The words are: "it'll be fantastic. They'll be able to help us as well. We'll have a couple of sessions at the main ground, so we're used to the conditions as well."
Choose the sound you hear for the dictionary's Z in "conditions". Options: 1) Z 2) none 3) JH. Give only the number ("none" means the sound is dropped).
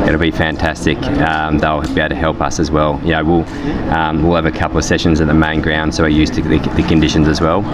1